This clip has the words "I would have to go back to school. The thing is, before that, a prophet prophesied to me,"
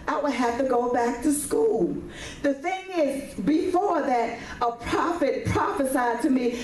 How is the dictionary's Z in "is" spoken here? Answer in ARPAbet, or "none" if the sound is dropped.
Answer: Z